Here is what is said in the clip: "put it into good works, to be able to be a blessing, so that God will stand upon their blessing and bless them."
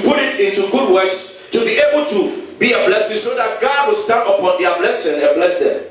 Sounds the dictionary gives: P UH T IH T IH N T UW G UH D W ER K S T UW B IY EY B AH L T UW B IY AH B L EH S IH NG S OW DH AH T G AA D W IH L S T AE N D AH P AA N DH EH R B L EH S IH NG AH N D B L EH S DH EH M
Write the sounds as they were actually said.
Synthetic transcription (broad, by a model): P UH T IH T IH N T UW G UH D W ER K S T UW B IY EY B AH L T UW B IY AH B L EH S IH NG S OW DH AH T G AA D W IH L S T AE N AH P AA N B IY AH B L EH S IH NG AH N B L EH S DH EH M